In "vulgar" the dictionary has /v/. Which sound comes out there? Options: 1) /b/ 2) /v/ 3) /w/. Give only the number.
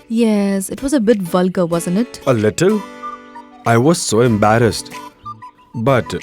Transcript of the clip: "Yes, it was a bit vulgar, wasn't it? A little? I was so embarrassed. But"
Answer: 2